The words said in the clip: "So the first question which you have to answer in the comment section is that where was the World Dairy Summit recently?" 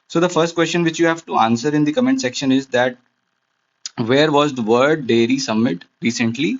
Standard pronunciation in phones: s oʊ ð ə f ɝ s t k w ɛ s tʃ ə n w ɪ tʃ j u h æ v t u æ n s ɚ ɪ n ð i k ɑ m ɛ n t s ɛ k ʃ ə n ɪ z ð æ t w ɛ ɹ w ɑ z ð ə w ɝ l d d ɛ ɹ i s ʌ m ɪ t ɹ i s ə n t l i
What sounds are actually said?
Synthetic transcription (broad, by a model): s oʊ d ə f ɝ s t k w ɛ s tʃ ə n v ɪ tʃ j u h æ v t u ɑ n s ɚ ɪ n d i k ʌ m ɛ n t s ɛ k ʃ ə n ɪ z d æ t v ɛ ɹ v ɑ z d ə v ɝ d d ɛ ɹ i s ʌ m ɪ t ɹ i s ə n t l i